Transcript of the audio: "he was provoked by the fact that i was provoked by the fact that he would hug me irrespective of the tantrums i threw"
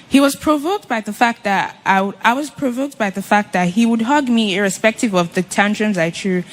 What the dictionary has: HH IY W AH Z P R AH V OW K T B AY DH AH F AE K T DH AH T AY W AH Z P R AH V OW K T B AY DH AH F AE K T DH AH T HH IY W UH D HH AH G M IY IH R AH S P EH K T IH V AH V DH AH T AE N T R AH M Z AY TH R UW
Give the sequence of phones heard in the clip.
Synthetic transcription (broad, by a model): HH IY W AH Z P R AH V OW K T B AY DH AH F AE K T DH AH T AY W AH Z P R AH V OW K T B AY DH AH F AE K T DH AH T HH IY W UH D HH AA G M IY IH R AH S P EH K T IH V AH V DH AH T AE N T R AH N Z AY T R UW